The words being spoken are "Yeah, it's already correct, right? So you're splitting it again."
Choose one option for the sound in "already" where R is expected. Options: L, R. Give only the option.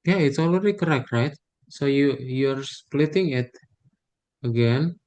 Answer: L